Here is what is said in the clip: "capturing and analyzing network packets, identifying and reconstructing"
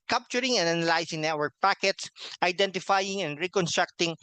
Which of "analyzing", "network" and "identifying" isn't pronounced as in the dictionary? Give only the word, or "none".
analyzing